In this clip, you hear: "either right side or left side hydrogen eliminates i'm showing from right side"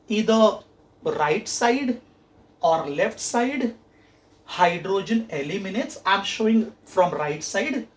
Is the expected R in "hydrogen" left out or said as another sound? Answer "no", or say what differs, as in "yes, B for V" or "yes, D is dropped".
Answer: no